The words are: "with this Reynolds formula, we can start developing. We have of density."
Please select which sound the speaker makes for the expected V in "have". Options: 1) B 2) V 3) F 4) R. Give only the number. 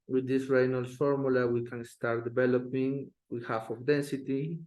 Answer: 3